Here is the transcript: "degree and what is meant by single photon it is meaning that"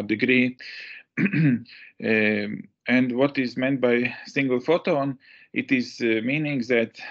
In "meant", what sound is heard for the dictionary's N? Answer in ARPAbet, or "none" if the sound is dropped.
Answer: N